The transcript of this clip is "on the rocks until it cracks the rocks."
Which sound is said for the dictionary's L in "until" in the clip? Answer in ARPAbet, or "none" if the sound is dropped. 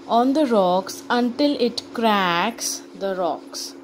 L